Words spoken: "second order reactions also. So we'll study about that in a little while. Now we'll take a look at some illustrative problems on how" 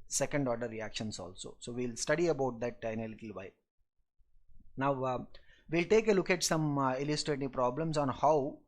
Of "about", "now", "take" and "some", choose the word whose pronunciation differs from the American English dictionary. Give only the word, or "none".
none